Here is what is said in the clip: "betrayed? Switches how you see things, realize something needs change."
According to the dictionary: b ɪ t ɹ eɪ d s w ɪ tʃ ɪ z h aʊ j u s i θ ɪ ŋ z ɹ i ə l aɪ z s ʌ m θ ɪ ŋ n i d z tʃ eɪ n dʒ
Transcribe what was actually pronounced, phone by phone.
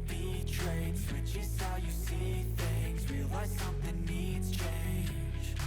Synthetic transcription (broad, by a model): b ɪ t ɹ eɪ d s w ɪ tʃ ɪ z h aʊ j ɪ s i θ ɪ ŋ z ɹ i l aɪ s ʌ m θ ɪ ŋ n i d z tʃ eɪ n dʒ